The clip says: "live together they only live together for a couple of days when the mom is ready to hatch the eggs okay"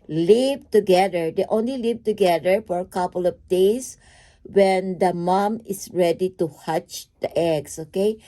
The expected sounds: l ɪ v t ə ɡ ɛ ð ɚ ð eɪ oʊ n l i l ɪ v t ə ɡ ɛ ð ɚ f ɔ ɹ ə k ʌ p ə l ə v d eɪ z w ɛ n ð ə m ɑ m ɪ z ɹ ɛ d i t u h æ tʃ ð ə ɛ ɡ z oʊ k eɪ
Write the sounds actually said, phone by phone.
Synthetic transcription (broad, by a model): l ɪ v t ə ɡ ɛ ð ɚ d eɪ oʊ n l i l ɪ v t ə ɡ ɛ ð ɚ f ɔ ɹ ə k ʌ p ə l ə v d eɪ s w ɛ n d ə m ɑ m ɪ s ɹ ɛ d i t u h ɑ tʃ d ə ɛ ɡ s oʊ k eɪ